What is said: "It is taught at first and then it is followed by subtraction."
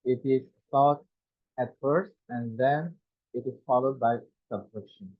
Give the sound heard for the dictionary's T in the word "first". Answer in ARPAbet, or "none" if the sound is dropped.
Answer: T